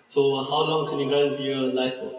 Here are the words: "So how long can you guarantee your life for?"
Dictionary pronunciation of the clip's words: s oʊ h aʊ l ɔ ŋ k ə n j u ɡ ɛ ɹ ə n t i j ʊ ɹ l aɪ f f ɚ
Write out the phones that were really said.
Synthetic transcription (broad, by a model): s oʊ h aʊ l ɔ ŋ k ə n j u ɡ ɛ ə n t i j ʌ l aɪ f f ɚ